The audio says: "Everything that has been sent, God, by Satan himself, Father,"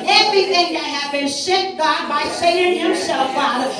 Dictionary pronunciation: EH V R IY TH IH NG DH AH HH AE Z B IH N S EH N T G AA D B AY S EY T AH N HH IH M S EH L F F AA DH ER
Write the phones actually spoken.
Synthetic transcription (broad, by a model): EH V R IY TH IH NG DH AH HH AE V B IH N SH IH T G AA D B AY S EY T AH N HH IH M S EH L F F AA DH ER